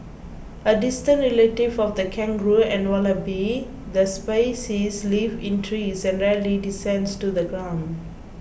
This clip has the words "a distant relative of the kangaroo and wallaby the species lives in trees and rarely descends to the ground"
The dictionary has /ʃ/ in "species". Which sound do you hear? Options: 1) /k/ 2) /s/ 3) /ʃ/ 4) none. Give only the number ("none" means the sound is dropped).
2